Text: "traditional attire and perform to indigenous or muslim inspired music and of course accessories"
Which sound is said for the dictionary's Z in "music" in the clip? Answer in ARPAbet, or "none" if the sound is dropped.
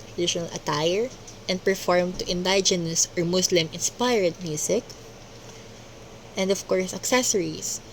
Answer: S